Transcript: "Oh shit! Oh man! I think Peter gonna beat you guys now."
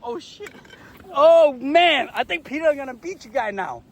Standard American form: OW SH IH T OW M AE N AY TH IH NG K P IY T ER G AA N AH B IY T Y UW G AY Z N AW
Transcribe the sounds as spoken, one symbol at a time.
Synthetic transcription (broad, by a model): OW SH IH T OW M AE N AY TH IH NG K P IY T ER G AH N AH B IY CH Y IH G AY N AW